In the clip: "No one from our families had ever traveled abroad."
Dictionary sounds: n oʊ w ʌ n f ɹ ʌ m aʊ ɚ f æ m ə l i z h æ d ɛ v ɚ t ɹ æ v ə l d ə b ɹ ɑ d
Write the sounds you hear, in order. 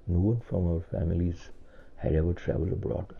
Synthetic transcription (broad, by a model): n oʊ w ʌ n f ɹ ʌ m aʊ ɚ f æ m ə l i z h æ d ɛ v ɚ t ɹ æ v ə l d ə b ɹ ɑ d